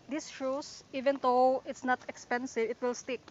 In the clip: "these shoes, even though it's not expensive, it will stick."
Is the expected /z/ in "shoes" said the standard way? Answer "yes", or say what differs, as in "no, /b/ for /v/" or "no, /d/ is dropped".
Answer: no, /s/ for /z/